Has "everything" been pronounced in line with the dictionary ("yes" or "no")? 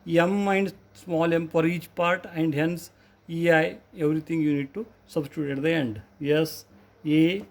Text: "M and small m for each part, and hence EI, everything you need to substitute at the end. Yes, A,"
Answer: no